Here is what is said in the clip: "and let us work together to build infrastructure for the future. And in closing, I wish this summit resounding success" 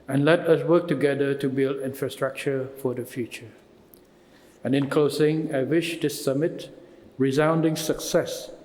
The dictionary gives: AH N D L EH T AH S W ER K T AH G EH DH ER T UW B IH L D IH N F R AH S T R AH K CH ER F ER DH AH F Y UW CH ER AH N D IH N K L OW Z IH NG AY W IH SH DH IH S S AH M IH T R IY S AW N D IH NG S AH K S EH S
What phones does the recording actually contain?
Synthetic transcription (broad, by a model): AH N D L EH T AH S W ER K T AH G EH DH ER T UW B IH L D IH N F R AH S T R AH K CH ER F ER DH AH F Y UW CH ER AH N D IH N K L OW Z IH NG AY W IH SH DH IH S S AH M IH T R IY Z AW N D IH NG S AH K S EH S